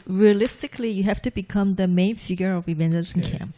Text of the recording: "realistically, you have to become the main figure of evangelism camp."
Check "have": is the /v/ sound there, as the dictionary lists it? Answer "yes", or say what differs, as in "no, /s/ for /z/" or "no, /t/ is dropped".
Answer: no, /f/ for /v/